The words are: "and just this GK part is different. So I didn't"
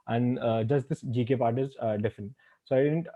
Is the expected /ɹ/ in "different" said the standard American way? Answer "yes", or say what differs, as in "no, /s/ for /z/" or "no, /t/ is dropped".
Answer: no, /ɹ/ is dropped